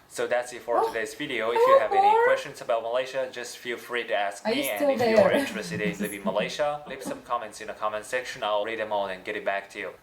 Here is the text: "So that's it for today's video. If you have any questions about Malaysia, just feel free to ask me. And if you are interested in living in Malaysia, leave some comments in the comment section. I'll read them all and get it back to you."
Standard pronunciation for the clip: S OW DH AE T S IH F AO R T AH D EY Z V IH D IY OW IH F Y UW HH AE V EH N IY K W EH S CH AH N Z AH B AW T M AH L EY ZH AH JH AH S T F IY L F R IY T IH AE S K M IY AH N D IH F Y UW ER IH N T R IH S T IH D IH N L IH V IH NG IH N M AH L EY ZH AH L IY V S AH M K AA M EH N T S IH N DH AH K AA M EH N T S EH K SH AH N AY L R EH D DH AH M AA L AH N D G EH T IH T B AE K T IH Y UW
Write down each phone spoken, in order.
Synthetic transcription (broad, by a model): S OW DH AE T S IH F AO R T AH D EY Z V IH D IY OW IH F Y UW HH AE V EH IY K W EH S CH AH N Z AH B AW T M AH L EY SH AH JH AH S T F IY L F R IY T IH AE S K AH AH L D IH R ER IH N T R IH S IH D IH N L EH IH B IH M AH L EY SH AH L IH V S AH M K AA M EH N T S IH N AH K AA M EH N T S EH K SH AH N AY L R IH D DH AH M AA N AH N G EH T IH T B AE K T IH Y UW